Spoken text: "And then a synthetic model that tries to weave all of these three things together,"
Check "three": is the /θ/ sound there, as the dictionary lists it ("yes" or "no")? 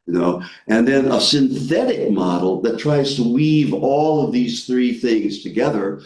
yes